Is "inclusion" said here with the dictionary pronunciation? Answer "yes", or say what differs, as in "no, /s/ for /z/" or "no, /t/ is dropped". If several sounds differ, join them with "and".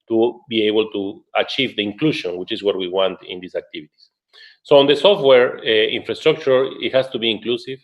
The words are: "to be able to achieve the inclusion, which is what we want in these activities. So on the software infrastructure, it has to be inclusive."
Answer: no, /ʃ/ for /ʒ/